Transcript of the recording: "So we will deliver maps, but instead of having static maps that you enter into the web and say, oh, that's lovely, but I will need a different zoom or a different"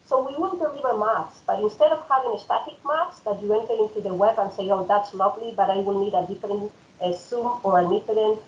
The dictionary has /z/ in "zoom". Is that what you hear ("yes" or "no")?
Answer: no